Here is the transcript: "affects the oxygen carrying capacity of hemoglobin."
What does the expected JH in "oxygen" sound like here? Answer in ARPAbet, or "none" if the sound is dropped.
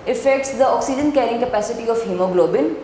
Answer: JH